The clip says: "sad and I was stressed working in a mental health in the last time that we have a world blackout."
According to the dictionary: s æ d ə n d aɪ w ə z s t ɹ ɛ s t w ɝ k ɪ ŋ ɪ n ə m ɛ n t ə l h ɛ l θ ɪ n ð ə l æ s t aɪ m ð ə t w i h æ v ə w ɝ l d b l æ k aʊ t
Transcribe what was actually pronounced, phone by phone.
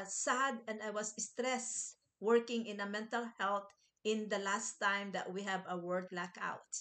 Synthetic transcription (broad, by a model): s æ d ə n d aɪ w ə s s t ɹ ɛ s w ɝ k ɪ ŋ ɪ n ə m ɛ n t ə l h ɛ l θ ɪ n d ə l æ s t aɪ m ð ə t w i h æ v ə w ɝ d l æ k aʊ t